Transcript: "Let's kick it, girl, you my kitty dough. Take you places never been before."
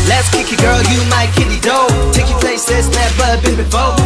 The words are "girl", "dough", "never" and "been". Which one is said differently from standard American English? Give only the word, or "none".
never